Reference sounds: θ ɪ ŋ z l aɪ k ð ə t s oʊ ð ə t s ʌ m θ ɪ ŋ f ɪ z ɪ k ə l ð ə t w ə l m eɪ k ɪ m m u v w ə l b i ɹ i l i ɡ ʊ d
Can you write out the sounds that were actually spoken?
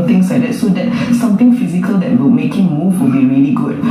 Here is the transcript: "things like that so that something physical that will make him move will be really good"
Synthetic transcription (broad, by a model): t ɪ ŋ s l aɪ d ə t s oʊ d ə t s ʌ m t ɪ ŋ f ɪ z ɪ k ə l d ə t w ə l m eɪ k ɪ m m u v w ə l b i ɹ i l i ɡ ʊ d